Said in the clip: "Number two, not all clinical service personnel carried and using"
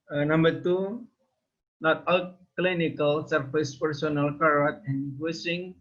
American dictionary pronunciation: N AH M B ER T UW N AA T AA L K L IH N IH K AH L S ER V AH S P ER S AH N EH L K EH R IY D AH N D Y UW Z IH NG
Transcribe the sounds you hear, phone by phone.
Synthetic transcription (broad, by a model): N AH M B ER T UW N AA T AA L K L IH N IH K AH L S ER F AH S P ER S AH N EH L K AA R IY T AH N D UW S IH NG